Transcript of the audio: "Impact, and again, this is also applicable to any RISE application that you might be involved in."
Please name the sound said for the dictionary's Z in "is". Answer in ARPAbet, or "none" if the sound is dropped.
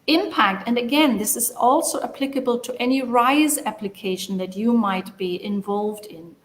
Z